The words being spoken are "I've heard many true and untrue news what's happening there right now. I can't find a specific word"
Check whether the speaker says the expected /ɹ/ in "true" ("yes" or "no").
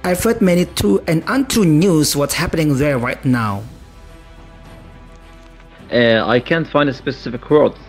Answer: no